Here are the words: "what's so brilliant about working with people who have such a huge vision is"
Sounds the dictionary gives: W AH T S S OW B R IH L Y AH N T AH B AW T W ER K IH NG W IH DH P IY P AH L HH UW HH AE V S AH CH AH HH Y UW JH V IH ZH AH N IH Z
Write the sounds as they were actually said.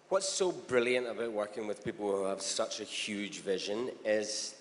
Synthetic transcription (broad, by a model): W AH T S S OW B R IH L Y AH N T AH B AW T W ER K IH NG W IH DH P IY P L HH UW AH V S AH CH AH HH Y UW JH V IH ZH AH N IH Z